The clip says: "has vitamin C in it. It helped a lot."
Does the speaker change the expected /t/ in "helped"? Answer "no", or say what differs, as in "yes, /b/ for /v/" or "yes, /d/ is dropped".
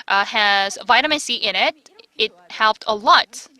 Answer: no